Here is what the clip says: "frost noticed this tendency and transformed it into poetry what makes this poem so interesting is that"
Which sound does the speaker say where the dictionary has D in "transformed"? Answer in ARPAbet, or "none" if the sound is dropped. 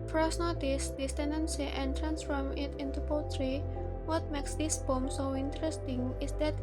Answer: none